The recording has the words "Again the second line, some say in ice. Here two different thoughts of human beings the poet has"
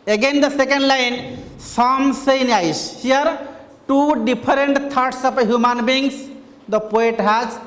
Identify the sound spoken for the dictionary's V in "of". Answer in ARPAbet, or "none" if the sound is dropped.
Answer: P